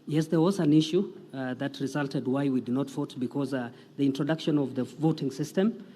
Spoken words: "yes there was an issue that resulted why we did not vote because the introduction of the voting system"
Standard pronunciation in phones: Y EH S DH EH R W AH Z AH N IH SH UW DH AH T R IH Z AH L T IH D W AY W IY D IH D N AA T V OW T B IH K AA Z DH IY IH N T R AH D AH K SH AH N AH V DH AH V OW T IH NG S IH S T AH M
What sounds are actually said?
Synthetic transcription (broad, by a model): Y EH S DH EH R W AH Z AH N IH SH UW DH AH T R IH Z AH L T IH D W AY W IY D IH D N AA T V OW T B IH K AA Z DH IY IH N T R AH D AH K SH AH N AH V DH AH V OW T IH NG S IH S T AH M